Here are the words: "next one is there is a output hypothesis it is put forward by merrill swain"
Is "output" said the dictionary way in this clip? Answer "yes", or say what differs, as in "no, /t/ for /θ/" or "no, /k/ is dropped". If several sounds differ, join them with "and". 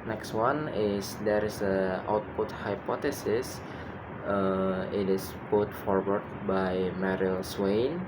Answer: yes